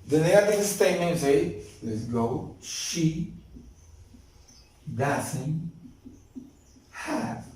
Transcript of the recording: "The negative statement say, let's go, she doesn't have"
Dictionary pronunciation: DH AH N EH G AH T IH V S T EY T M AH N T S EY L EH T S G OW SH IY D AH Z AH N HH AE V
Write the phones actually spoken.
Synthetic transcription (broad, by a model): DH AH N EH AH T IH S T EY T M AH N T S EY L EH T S G OW SH IY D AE S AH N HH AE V